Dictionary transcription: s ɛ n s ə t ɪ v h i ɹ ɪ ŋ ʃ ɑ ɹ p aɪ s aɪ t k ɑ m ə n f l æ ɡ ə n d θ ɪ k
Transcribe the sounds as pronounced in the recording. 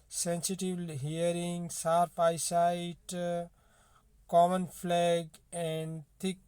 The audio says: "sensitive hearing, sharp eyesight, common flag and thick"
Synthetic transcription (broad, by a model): s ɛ n s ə t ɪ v h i ɹ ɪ ŋ s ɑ ɹ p aɪ s aɪ t k ɑ m ə n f l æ ɡ ə n d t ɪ k